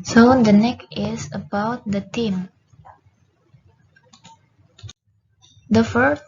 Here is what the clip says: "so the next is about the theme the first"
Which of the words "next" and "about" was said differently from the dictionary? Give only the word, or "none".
next